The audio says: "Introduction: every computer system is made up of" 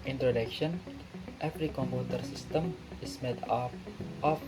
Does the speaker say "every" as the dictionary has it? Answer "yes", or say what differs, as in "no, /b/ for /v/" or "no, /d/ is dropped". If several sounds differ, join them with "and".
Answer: no, /f/ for /v/